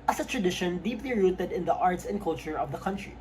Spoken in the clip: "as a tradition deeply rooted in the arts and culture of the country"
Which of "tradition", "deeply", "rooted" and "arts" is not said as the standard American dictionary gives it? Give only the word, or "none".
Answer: none